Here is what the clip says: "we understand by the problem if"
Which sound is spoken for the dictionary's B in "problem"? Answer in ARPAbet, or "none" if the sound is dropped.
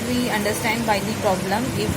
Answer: B